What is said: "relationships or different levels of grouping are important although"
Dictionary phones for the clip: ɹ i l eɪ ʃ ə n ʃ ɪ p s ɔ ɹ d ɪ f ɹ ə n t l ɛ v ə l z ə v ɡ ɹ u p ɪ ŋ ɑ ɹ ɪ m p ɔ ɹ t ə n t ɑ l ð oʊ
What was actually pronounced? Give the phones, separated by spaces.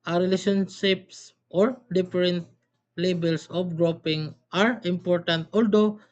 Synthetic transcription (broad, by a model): ɹ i l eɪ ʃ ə n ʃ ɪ p s ɔ ɹ d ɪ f ɹ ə n t l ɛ b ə l s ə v ɡ ɹ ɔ p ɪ ŋ ɑ ɹ ɪ m p ɔ ɹ t ə n t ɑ l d oʊ